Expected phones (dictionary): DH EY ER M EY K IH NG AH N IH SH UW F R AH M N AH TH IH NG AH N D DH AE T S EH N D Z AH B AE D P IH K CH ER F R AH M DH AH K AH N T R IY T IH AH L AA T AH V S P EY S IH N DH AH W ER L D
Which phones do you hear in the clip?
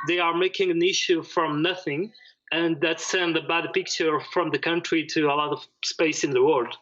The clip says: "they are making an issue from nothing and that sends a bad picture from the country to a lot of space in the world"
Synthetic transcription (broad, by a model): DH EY ER M EY K IH NG AH N IH SH UW F R AH M N AH TH IH NG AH N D DH AE T S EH N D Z AH B AE D P IH K CH ER F R AH M DH AH K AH N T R IY T IH AH L AA T AH V S P EY S IH N DH AH W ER L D